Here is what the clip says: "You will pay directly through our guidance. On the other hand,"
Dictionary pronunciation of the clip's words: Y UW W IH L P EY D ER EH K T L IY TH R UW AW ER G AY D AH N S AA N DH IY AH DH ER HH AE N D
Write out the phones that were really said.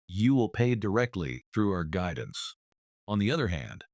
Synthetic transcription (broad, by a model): Y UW W IH L P EY D ER EH K T L IY TH R UW AW ER G AY D N S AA N DH IY AH DH ER HH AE N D